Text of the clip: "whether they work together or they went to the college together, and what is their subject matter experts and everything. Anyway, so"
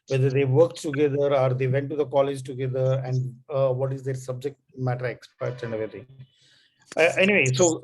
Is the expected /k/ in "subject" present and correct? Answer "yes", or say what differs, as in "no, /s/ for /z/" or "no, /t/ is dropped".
yes